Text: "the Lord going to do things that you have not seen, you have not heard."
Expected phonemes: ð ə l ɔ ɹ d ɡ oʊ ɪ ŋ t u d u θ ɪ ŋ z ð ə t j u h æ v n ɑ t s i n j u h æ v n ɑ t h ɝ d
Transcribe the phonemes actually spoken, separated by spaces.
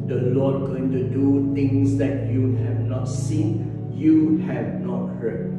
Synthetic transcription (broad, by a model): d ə l ɔ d ɡ oʊ ɪ ŋ t u d u t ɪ ŋ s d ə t j u h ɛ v n ɑ t s i n j u h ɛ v n ɑ t h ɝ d